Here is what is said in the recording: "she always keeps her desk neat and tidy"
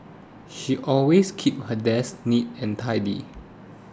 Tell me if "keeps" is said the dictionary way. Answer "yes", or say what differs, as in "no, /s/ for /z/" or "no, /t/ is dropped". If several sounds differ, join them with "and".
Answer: no, /s/ is dropped